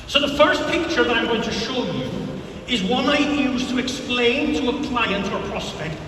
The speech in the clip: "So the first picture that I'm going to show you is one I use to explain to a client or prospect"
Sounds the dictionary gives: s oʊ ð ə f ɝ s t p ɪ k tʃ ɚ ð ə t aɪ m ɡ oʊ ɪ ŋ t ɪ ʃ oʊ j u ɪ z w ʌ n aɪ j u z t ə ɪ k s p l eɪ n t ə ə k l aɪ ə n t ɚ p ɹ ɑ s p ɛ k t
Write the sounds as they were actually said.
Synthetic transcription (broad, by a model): s oʊ ð ə f ɝ s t p ɪ k tʃ ɚ ð ə t aɪ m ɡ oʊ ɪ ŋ t ɪ ʃ oʊ j u ɪ z w ʌ n aɪ j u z t ə ɪ k s p l eɪ n t ə ə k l aɪ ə n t ɚ p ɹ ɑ s p ɛ k t